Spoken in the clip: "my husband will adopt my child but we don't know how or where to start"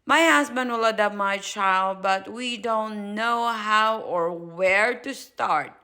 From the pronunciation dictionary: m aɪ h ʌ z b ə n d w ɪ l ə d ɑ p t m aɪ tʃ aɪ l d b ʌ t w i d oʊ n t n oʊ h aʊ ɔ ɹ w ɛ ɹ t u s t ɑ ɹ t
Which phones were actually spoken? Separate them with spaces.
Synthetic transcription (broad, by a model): m aɪ h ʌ s b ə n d w ɪ l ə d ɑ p m aɪ tʃ aɪ l d b ʌ t w i d oʊ n t n oʊ h aʊ ɔ ɹ w ɛ ɹ t u s t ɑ ɹ t